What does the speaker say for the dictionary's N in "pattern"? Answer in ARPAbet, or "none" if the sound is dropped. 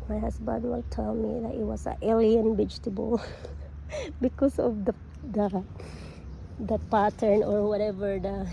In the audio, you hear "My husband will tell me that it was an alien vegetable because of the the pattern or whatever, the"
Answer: N